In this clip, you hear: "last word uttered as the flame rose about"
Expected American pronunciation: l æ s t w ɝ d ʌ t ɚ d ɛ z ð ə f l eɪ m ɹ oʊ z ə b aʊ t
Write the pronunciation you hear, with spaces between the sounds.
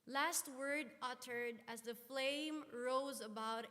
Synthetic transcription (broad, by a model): l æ s t w ɝ d ʌ t ɚ d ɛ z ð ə f l eɪ m ɹ oʊ z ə b aʊ t